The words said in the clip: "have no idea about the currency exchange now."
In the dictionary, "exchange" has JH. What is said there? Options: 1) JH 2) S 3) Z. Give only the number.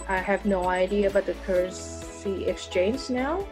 3